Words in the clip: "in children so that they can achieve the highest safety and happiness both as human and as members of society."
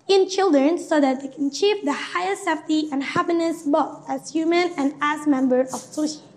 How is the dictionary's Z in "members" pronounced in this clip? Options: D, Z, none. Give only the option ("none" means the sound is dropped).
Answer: none